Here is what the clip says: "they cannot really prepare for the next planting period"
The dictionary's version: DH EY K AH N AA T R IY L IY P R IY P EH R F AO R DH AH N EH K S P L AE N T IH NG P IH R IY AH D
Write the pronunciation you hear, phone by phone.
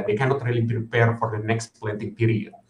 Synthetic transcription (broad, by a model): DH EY K AH N AA T R IY L IY P R IY P EH R F AO R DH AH N EH K S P L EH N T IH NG P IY R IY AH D